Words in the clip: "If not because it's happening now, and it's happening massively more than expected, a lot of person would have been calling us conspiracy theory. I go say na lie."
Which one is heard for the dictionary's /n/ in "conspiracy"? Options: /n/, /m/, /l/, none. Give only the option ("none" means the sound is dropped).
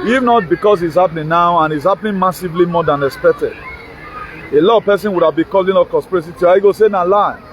none